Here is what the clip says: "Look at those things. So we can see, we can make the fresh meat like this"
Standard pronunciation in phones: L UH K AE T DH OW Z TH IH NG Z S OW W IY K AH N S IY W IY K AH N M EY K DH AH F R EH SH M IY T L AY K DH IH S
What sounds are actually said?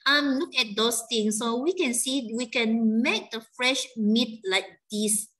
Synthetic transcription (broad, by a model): L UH K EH T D OW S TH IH NG S OW W IY K AH N S IY W IY K AH N M EY K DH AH F R EH SH M IY T L AY K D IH S